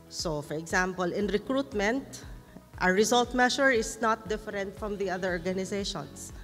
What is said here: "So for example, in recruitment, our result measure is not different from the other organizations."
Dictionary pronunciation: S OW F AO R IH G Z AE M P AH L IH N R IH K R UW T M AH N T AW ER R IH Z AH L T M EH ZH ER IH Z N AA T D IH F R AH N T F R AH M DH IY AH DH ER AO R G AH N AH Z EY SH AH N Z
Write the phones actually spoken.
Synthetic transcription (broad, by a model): S OW F AO R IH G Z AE M P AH L IH N R IH K R UW T M AH N T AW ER R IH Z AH L T M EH SH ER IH S N AA T D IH F R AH N T F R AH M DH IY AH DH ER AO R G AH N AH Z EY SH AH N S